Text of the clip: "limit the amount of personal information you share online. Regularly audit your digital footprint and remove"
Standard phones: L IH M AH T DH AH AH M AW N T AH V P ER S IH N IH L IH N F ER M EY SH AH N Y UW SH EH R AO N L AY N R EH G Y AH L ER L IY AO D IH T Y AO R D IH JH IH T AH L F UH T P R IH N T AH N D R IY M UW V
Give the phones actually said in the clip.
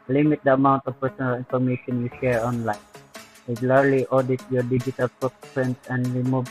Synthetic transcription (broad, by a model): L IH M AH T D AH AH M AW N T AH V P ER S IH N IH L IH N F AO M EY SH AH N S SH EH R AO N L AY N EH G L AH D L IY AO D IH T Y AO R D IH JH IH T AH L P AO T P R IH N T AH N D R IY M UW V